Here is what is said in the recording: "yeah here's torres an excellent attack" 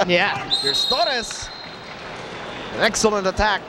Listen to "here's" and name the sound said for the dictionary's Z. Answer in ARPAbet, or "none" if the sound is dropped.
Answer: S